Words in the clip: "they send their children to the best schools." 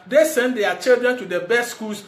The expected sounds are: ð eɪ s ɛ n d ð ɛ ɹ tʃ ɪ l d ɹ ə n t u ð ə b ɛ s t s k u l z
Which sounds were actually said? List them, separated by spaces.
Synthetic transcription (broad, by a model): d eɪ s ɛ n d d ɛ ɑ tʃ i l d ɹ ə n t u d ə b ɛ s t s k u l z